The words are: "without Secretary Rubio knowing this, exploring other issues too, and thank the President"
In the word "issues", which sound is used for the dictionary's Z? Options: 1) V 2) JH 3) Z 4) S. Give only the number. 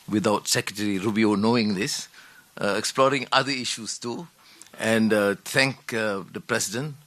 4